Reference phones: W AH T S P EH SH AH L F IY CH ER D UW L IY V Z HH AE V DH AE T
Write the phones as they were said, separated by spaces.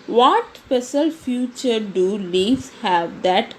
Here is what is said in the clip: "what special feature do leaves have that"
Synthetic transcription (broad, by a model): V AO T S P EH S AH L F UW CH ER D UW L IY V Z HH AE V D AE T